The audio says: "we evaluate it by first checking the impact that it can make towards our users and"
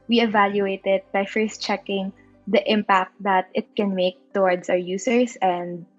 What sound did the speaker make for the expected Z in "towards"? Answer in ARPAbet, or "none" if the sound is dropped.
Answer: S